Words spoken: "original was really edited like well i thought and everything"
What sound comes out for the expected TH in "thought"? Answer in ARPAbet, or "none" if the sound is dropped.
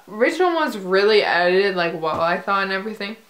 TH